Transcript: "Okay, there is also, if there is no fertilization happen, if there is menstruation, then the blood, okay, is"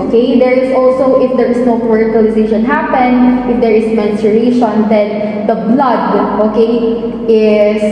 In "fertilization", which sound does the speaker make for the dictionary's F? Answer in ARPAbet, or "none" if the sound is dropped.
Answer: P